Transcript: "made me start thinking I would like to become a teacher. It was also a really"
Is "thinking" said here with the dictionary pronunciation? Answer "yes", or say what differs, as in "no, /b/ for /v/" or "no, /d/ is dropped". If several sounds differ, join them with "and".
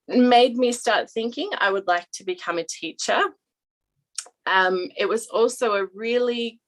yes